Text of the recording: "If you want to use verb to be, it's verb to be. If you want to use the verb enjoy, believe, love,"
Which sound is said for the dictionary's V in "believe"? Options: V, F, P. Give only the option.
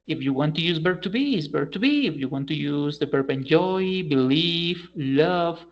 F